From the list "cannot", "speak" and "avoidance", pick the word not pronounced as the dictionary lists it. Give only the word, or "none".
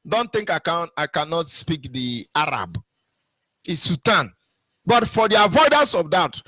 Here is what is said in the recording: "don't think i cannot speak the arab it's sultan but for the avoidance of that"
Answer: none